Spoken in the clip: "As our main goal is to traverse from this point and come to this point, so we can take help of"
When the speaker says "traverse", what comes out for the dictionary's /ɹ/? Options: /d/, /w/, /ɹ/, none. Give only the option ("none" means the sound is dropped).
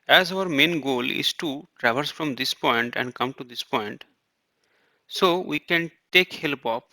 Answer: /ɹ/